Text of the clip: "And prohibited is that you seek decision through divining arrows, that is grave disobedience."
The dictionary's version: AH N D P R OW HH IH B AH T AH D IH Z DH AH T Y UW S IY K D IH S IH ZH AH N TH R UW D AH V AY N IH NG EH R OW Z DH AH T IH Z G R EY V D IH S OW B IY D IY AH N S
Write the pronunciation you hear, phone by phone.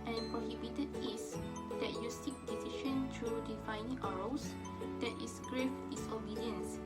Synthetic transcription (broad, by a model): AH N P R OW HH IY B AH T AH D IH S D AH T Y UW S IY K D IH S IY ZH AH N T R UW D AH F AY N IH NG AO R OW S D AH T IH S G R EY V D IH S OW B IY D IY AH N S